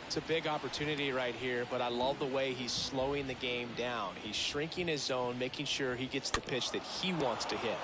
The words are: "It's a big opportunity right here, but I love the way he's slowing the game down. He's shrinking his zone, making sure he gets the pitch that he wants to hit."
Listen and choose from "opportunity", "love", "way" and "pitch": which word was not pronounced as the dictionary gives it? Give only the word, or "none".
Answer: none